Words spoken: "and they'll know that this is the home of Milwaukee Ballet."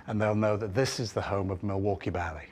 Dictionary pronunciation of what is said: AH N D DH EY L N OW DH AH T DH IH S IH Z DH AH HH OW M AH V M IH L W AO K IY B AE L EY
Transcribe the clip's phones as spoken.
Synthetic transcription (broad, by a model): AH N DH EY L N OW DH AH T DH IH S IH Z DH AH HH OW M AH V M IH L W AO K IY B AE L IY